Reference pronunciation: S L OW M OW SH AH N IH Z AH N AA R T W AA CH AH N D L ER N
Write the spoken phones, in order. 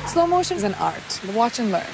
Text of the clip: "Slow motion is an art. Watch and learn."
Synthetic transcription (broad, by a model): S L OW M OW AH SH IH Z AH N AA R T W AA CH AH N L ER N